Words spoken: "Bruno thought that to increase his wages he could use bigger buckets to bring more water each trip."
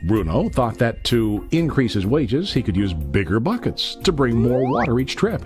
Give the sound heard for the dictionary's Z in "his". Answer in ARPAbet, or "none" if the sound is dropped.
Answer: Z